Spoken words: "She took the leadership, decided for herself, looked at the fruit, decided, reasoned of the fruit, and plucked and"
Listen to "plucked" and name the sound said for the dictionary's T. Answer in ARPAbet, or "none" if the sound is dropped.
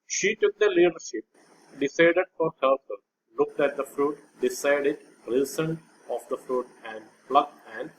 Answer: none